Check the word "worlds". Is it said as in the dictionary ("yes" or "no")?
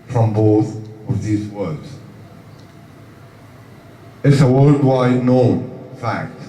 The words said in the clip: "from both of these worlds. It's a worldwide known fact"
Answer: no